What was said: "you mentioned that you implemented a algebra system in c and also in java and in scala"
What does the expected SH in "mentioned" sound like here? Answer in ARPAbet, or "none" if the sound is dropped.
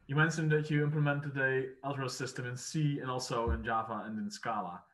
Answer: S